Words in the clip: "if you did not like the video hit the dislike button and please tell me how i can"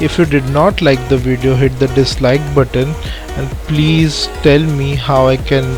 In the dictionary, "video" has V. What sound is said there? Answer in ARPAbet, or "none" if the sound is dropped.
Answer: V